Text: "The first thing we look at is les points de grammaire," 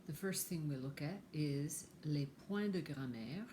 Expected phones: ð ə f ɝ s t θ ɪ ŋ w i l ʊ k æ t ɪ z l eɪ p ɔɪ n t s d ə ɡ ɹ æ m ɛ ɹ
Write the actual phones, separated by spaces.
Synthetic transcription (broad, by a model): ð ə f ɝ s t θ ɪ ŋ w i l ʊ k æ t ɪ z l eɪ p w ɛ d ə ɡ ɹ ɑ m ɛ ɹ